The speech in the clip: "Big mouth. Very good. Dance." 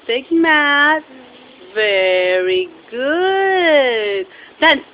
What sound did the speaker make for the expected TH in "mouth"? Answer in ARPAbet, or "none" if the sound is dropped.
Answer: T